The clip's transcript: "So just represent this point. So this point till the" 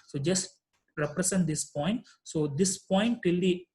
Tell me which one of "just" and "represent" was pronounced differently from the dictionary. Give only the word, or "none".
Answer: represent